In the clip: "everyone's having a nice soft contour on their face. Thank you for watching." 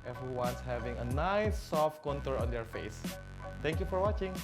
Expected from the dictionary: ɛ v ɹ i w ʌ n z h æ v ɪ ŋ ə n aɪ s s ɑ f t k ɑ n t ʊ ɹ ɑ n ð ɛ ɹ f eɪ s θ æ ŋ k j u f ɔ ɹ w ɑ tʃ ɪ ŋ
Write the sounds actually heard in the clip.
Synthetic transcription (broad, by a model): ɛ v ɹ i w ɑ n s h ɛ v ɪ ŋ ə n aɪ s s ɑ f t k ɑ n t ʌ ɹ ɑ n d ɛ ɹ f eɪ s t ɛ ŋ k j u f ɔ ɹ w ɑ tʃ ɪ ŋ